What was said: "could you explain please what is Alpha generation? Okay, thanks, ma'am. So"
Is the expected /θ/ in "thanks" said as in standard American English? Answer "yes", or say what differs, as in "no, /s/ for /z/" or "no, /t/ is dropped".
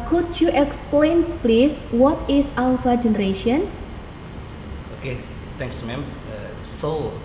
no, /t/ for /θ/